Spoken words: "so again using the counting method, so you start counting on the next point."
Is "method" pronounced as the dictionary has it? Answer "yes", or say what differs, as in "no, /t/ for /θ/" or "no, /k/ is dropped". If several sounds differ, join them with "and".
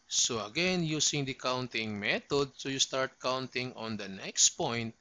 no, /t/ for /θ/